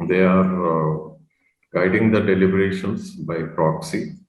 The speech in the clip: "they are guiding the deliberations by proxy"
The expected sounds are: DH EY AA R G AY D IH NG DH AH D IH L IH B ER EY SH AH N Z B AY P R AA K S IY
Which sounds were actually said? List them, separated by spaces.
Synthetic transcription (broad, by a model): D EY AA R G AY D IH NG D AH D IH L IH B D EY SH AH N S B AY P R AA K S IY